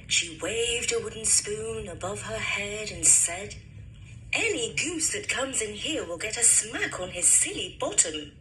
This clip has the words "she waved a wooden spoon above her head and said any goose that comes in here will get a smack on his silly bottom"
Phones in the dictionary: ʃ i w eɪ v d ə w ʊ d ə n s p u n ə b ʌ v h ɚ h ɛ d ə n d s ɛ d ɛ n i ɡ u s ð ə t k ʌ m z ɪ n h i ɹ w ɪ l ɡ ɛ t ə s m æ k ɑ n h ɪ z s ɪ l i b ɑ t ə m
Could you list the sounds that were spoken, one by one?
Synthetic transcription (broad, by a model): ʃ i w eɪ v d ə w ʊ d n s p u n ə b ʌ v ɚ h ɛ d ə n s ɛ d ɛ n i ɡ u s ð ə t k ʌ m z ɪ n h i ɹ w ɪ l ɡ ɛ t ə s m æ k n ɪ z s ɪ l i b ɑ t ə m